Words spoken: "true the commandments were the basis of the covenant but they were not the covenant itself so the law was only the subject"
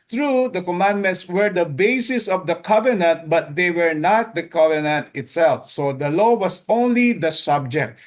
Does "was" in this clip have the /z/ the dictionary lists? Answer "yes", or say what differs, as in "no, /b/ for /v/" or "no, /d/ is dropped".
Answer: no, /s/ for /z/